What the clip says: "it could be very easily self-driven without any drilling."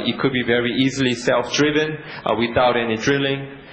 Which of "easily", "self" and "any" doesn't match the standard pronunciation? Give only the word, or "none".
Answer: none